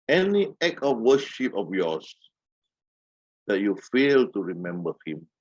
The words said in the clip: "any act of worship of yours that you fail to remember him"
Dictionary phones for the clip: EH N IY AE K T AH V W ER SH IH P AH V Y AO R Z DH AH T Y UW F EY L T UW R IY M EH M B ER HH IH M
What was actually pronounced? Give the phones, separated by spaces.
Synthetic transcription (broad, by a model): EH N IY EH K AH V W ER SH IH P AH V Y AO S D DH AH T Y UW F EY L T UW R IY M EH M B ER HH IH M